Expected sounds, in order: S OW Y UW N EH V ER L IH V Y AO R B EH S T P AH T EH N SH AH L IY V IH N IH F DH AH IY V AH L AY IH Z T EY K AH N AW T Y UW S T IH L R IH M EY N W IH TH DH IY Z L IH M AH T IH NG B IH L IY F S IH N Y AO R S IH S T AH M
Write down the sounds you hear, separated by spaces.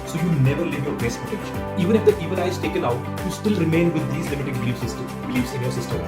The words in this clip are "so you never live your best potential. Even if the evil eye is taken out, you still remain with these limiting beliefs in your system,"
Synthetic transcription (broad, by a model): S OW Y UW N EH V ER L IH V Y AO R B EH S T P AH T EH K SH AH N IY V IH N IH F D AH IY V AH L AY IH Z T EY K AH N AW T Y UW S T IH L R IH M EY N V IH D IY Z L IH M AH T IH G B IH L IY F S IH N Y AO R S IH S T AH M